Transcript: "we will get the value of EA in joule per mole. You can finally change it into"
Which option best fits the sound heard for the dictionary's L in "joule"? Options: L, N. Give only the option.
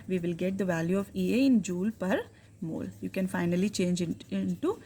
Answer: L